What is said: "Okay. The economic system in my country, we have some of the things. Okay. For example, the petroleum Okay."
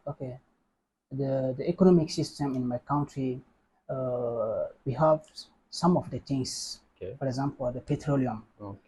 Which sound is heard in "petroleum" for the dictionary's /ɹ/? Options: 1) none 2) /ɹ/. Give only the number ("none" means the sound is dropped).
2